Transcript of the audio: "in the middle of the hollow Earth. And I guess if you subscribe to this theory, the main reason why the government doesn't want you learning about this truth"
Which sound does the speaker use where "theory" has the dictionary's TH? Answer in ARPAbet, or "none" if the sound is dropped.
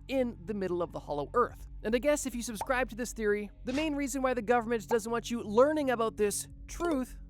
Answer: TH